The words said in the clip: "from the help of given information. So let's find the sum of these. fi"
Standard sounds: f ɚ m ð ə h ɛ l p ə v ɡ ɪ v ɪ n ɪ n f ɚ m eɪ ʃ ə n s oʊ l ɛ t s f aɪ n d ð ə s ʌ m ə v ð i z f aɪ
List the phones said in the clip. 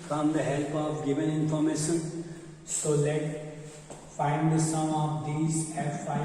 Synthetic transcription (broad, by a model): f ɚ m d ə h ɛ l p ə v ɡ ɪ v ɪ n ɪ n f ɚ m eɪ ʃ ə n s oʊ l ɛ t f aɪ n d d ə s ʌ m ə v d i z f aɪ